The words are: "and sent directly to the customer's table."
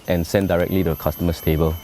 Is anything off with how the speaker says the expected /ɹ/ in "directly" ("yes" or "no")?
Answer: no